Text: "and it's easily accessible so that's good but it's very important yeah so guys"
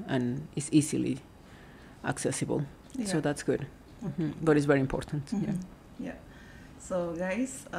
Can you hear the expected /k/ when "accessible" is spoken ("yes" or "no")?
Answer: yes